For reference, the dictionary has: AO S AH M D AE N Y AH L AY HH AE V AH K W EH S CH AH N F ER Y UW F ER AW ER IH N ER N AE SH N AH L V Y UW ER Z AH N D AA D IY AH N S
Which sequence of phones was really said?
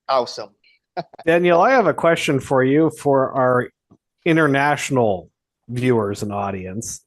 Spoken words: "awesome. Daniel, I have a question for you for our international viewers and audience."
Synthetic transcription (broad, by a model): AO S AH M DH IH N Y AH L AY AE V AH K W EH S CH AH N F ER Y UW F ER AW ER IH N ER N AE SH N L V Y UW ER Z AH N AA D IY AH N S